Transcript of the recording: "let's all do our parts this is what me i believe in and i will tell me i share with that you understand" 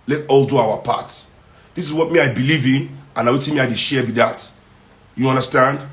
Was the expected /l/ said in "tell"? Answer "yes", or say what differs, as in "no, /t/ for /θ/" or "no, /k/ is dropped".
no, /n/ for /l/